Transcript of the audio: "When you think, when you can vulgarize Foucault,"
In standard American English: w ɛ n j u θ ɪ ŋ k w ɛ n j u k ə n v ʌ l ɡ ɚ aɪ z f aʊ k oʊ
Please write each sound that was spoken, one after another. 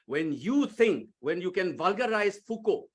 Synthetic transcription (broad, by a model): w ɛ n j u t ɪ ŋ k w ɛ n j u k ə n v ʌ l ɡ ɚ aɪ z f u k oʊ